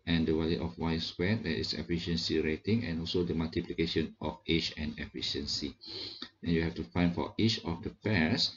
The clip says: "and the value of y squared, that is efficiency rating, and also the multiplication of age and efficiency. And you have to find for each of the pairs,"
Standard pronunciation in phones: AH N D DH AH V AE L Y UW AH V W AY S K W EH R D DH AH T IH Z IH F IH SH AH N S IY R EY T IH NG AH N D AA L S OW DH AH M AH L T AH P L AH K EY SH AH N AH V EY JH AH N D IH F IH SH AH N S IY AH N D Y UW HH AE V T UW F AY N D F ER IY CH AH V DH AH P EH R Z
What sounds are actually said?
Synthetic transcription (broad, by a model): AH N D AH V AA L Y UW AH F W AY S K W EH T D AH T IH S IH F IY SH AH N S IY R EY T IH NG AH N AA L S OW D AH M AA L T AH P L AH K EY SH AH N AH F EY CH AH N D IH F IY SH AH N S IY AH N Y UW HH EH F T UW F AY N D F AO IY CH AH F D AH P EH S